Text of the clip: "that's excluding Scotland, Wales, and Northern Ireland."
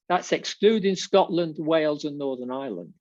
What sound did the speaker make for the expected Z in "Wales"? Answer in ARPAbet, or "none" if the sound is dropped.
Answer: Z